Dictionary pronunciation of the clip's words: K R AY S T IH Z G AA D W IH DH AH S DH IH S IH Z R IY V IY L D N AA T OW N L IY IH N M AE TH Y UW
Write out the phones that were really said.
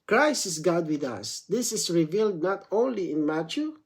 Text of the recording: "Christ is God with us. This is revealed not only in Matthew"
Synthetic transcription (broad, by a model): K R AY S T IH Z G AA D W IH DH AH S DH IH S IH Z R IY V IY L D N AA T OW N L IY IH N M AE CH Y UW